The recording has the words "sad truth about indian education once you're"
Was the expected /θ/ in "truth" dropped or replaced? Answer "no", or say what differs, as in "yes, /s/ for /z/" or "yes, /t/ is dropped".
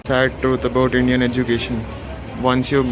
yes, /t/ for /θ/